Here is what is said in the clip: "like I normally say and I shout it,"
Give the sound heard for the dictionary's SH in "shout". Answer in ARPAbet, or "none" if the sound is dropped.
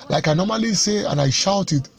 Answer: SH